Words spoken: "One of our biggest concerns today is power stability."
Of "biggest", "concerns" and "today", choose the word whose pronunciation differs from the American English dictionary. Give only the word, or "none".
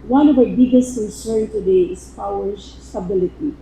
concerns